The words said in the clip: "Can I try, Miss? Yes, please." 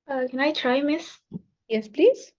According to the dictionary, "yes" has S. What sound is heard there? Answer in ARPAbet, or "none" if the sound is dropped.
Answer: S